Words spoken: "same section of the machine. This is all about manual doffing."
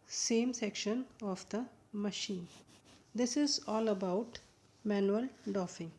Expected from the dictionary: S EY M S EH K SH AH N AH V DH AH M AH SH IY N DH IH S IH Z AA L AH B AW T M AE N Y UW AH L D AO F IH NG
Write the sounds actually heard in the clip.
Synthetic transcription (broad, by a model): S EY M S EH K SH AH N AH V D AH M AH SH IY N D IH S IH Z AA L AH B AW T M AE N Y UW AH L D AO F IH NG